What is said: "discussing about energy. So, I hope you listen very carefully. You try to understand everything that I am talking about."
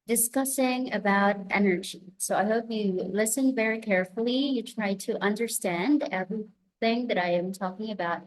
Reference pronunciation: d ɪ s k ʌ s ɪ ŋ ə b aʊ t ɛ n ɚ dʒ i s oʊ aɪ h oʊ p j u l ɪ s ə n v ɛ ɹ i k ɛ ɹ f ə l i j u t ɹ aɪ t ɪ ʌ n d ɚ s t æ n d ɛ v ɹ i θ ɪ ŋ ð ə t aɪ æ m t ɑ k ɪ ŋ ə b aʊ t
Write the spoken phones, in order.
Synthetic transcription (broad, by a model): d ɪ s k ʌ s ɪ ŋ ə b aʊ t ɛ n ɚ dʒ i s oʊ aɪ h oʊ p j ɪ l ɪ s ə n v ɛ ɹ i k ɛ ɹ f l i j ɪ t ɹ aɪ t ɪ ʌ n d ɚ s t æ n d ɛ v ɹ i θ ɪ ŋ ð ə t aɪ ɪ m t ɑ k ɪ ŋ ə b aʊ t